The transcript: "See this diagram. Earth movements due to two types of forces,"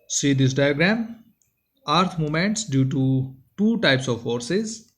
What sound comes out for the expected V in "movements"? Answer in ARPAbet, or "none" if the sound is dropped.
none